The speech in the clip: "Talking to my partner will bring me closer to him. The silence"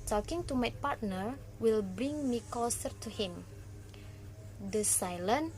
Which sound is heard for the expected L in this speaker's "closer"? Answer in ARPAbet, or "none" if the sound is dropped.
none